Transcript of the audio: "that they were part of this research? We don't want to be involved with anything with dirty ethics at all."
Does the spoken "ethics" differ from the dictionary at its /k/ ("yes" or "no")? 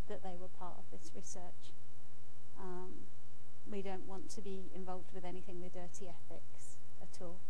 no